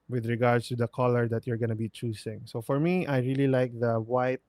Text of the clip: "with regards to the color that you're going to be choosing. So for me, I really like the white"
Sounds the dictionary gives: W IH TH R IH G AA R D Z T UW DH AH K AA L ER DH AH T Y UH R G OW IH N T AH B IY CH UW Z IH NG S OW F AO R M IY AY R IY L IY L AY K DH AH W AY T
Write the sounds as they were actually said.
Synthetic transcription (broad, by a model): W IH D R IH G AA R D S T UW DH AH K AA L ER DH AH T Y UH R G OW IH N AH B IY CH UW S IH NG S OW F AO R M IY AY R IY L IY L AY K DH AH W AY T